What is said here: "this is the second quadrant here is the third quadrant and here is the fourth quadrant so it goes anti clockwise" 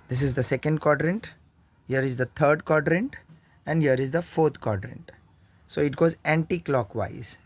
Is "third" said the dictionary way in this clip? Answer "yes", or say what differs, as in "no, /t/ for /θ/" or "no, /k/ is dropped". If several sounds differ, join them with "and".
no, /t/ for /θ/